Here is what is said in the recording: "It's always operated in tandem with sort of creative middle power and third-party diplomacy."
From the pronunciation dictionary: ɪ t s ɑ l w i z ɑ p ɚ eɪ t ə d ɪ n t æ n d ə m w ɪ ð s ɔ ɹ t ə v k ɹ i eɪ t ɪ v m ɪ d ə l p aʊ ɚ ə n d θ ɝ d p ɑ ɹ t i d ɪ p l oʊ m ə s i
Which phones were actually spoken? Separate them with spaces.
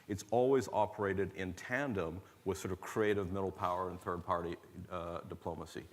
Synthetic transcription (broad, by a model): ɪ t s ɑ l w i z ɑ p ɚ eɪ t ə d ɪ n t æ n d ə m w ɪ ð s ɔ ɹ t ə v k ɹ i eɪ t ɪ v m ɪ d l p aʊ ɚ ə n θ ɝ d p ɑ ɹ t i d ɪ p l oʊ m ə s i